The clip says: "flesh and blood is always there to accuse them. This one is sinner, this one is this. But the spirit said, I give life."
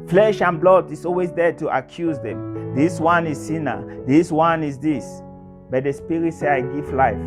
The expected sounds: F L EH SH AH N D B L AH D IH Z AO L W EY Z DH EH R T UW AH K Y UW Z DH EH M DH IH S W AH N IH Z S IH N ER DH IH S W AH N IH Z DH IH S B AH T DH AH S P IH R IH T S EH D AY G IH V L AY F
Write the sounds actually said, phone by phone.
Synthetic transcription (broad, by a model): F L EH SH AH N B L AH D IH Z AO L W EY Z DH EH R T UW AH K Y UW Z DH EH M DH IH S W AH N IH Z S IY N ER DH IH S W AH N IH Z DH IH S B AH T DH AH S P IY R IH T S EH AY G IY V L AY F